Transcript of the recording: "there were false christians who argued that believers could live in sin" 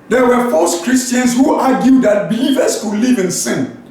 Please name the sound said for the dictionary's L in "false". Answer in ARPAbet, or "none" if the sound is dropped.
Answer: none